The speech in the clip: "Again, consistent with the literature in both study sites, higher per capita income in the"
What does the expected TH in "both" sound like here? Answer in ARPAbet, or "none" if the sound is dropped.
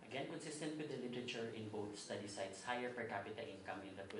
T